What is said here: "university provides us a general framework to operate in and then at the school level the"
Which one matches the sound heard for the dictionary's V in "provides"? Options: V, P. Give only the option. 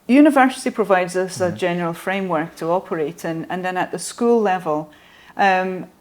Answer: V